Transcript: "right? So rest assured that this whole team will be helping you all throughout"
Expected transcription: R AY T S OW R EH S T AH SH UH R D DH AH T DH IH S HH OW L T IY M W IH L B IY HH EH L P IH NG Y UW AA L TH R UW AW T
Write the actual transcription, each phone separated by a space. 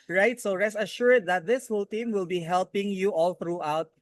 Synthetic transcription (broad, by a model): R AY T S OW R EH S AH SH UH R D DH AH T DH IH S HH OW L T IY M W IH L B IY HH EH L P IH NG Y UW AA L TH R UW AW T